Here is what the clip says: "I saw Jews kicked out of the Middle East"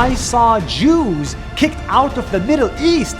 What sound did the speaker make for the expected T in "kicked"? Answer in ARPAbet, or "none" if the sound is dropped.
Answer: T